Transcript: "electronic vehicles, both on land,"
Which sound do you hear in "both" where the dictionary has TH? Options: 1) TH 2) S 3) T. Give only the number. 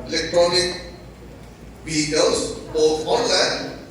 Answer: 3